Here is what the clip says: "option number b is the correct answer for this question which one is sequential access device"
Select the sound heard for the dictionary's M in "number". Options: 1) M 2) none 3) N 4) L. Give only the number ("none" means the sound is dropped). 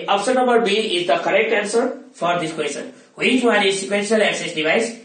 2